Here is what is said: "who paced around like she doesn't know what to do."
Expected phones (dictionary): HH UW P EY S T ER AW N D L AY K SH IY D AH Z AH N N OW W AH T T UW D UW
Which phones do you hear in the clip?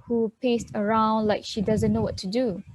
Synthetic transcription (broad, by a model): HH UW P EY S T ER AW N D L AY K SH IY D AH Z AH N N OW W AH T T UW D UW